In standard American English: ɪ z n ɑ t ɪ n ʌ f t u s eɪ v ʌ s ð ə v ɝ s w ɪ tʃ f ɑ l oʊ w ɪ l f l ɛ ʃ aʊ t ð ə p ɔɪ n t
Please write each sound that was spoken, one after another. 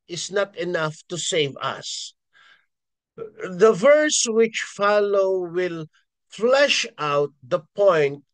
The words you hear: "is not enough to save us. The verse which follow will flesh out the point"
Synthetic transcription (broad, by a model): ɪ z n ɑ t ɪ n ʌ f t u s eɪ v ʌ s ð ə v ɝ s w ɪ tʃ f ɑ l oʊ w ɪ l f l ɛ ʃ aʊ t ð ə p ɔɪ n t